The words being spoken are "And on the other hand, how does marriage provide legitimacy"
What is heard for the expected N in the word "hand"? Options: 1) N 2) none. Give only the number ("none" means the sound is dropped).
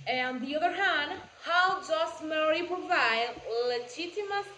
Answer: 1